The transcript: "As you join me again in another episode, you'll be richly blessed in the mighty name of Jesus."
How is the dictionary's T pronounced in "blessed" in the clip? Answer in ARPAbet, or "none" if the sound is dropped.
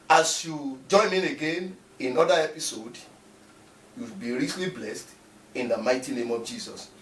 T